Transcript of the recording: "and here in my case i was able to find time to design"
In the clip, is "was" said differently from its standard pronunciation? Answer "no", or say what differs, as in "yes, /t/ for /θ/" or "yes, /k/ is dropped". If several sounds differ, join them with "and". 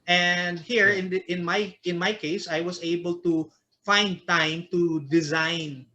yes, /s/ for /z/